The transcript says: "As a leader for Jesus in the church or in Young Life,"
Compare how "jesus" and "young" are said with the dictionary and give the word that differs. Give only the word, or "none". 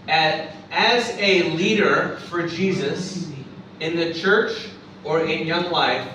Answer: none